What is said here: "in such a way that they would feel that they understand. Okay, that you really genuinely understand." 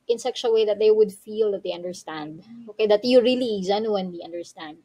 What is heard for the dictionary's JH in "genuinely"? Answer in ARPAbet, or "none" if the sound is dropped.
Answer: Z